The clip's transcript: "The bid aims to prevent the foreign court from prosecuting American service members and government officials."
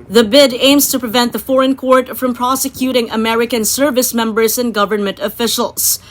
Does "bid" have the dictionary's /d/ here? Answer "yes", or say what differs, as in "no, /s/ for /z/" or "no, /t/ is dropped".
yes